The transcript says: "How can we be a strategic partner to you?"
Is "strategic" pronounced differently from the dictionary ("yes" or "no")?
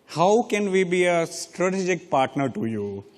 no